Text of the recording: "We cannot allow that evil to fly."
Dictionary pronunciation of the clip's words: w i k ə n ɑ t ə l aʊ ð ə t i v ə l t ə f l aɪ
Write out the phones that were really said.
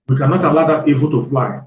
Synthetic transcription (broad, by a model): w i k ə n ɑ t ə l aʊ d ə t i b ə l t ə f l aɪ